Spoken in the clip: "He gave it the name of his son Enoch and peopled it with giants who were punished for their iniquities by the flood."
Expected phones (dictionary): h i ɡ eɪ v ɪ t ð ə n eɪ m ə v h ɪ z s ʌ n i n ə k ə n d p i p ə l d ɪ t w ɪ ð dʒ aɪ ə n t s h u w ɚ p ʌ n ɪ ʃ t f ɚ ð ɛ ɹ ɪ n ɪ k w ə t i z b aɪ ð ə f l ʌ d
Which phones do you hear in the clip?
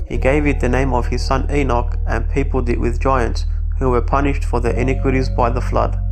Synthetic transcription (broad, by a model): h i ɡ eɪ v ɪ t ð ə n eɪ m ə v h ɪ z s ʌ n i n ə k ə n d p i p ə l d ɪ t w ɪ ð dʒ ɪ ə n t s h u w ɚ p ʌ n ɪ ʃ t f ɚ ð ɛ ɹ ɪ n ɪ k w ə t i z b aɪ ð ə f l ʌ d